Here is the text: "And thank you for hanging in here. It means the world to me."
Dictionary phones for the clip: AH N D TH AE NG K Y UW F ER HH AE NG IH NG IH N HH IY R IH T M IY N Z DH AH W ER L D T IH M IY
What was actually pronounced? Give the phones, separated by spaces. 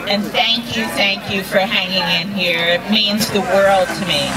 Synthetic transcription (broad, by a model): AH N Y TH AE NG K Y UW F ER HH AE NG IH NG IH N HH IY R IH T M IY N Z DH AH W ER L D T IH M IY